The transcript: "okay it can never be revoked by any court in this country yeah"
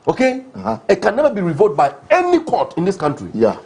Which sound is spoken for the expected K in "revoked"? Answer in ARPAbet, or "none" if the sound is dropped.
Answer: none